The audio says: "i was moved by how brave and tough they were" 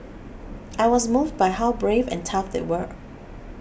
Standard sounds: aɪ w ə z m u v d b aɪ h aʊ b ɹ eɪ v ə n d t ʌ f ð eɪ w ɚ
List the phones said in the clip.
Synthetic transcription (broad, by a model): aɪ w ə z m u v d b aɪ h aʊ b ɹ eɪ v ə n t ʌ f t w ɚ